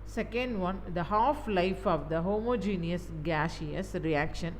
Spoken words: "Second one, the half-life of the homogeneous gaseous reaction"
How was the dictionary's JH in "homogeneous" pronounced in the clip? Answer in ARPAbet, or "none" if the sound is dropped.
JH